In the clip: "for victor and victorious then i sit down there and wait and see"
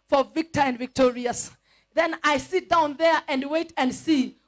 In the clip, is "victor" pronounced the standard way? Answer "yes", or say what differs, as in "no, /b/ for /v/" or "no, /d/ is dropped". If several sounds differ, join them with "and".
yes